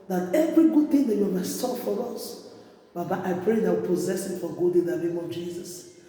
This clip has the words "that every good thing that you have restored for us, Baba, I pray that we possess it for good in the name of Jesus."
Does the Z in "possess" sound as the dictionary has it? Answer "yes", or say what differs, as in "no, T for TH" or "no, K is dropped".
yes